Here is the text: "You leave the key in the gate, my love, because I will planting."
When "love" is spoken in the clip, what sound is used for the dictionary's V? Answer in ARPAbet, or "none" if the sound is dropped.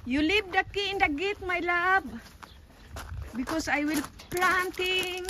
B